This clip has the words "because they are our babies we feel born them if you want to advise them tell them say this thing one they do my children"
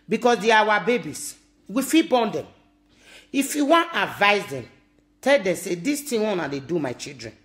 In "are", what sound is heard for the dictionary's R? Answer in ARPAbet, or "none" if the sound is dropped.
W